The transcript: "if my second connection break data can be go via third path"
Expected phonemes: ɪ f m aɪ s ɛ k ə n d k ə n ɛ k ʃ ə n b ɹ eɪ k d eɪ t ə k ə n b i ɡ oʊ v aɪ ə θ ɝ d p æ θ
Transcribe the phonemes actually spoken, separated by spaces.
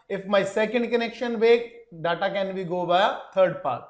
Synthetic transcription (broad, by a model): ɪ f m aɪ s ɛ k ə n d k ə n ɛ k ʃ ə n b eɪ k d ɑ t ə k ə n b i ɡ oʊ b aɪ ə t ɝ d p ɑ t